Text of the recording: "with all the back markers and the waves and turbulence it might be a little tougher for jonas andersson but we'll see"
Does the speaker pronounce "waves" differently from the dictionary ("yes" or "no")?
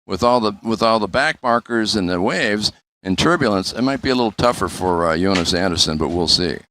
no